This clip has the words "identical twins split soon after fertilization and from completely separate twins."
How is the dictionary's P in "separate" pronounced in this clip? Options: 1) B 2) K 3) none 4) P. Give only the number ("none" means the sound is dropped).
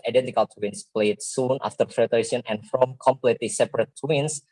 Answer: 4